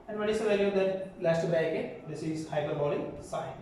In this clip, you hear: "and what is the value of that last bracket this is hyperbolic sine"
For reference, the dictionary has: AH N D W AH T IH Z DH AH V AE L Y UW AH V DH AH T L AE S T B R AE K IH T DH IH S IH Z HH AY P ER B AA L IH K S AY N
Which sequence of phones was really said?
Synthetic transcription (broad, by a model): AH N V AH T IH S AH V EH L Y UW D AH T L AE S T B AE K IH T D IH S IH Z HH AY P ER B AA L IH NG S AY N